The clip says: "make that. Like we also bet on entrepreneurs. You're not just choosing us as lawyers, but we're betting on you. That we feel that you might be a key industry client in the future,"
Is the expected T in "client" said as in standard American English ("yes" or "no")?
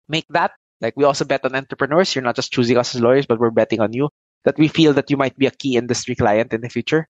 yes